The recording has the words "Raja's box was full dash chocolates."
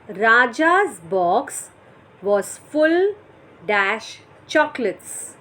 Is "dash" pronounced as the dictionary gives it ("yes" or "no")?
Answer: yes